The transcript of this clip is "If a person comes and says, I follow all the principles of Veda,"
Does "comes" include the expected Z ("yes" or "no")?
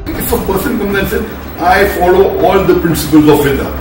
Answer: no